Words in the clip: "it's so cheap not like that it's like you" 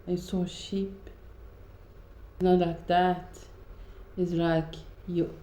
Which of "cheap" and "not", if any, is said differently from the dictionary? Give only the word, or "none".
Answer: cheap